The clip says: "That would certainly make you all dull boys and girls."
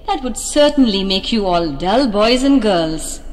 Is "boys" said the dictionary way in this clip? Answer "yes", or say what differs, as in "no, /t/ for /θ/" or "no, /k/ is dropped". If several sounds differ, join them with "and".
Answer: yes